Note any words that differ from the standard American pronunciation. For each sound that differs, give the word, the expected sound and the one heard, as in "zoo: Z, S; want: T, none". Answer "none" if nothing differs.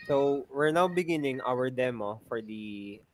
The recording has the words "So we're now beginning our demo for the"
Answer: none